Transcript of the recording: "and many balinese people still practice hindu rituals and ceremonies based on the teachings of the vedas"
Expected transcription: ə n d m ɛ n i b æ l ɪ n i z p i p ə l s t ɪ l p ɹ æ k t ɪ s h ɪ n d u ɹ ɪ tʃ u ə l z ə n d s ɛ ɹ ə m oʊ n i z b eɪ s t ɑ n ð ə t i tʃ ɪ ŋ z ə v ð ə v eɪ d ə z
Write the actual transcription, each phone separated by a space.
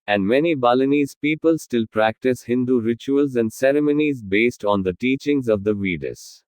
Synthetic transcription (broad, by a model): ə n d m ɛ n i b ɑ l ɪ n i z p i p ə l s t ɪ l p ɹ æ k t ɪ s h ɪ n d u ɹ ɪ tʃ u ə l z ə n d s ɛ ɹ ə m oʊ n i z b eɪ s t ɑ n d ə t i tʃ ɪ ŋ z ə v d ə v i d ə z